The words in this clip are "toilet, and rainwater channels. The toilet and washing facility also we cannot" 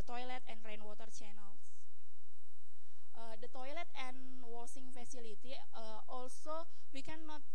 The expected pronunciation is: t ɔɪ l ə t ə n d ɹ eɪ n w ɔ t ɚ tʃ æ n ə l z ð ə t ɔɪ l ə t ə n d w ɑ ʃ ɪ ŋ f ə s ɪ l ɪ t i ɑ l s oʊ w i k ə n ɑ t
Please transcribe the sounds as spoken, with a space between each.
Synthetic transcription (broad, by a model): t ɔɪ l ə t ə n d ɹ eɪ n w ɔ t ɚ tʃ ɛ n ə l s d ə t ɔɪ l ə t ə n w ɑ s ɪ ŋ f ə s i l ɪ t i ɑ l s oʊ w i k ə n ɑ t